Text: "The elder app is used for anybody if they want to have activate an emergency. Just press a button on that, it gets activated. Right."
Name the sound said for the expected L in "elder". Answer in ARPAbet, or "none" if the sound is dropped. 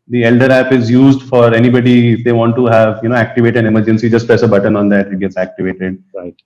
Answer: L